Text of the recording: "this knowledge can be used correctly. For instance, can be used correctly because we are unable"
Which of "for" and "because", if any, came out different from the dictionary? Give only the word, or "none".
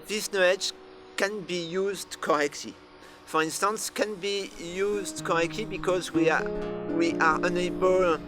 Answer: none